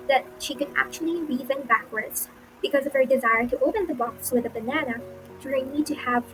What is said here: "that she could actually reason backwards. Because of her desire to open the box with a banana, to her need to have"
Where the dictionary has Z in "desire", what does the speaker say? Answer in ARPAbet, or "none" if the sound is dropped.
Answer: Z